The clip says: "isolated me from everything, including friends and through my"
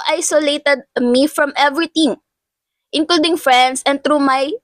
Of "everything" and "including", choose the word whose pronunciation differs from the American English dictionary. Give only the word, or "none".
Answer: everything